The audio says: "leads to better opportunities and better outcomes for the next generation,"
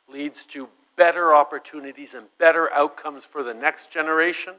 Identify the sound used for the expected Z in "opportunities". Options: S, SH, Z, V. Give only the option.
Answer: Z